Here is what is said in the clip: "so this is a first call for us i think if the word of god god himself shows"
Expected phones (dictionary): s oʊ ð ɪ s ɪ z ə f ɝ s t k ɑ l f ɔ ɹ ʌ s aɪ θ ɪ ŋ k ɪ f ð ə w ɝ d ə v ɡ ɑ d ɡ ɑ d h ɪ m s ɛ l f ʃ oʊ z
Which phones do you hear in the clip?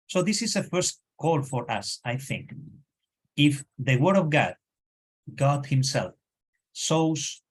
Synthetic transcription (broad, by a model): s oʊ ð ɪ s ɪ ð ə f ɝ s t k ɑ l f ɔ ɹ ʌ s aɪ θ ɪ ŋ k ɪ f ð ə w ɝ d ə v ɡ ɑ d ɡ ɑ d h ɪ m s ɛ l f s oʊ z